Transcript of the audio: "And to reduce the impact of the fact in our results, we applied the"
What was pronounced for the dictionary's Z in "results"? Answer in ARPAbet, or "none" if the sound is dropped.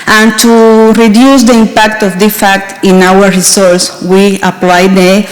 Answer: S